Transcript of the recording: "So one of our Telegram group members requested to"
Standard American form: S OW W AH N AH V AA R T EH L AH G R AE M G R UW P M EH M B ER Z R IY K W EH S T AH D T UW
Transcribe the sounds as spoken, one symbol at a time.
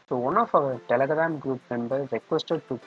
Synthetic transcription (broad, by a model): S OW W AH N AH F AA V T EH L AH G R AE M G R UW P M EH M B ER R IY K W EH S T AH D T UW